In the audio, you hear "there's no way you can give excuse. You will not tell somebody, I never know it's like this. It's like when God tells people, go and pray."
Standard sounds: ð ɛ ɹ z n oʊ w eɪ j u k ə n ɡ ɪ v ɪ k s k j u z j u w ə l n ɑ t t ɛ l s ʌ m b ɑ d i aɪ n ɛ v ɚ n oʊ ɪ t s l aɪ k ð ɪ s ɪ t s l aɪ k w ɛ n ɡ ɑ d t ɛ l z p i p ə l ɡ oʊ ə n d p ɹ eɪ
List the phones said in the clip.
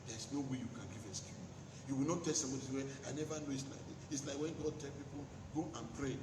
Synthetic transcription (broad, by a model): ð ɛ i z n oʊ w eɪ j u k ə n ɡ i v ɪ s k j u j u w ə l n ɑ t t ɛ l s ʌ m b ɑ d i aɪ n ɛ v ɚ n oʊ ɪ t s l aɪ k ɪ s ɪ t s l aɪ k w ɛ n ɡ ɑ d t ɛ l p i p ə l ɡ oʊ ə n p ɹ eɪ